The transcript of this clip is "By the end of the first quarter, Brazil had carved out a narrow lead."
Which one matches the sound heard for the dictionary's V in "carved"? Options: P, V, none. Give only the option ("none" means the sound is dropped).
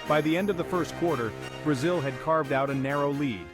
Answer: V